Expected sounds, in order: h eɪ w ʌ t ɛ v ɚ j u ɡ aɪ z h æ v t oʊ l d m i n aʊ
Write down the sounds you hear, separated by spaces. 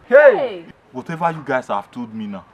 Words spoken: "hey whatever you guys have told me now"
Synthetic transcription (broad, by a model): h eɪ w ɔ t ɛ v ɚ j u ɡ aɪ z h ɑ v t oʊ d m i n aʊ